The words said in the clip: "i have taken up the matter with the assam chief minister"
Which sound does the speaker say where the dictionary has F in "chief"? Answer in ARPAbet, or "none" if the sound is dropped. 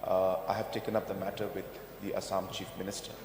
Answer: F